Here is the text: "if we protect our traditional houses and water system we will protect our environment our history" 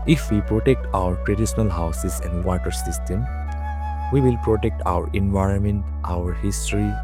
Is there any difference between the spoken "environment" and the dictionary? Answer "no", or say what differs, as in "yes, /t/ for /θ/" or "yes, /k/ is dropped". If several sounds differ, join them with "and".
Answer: no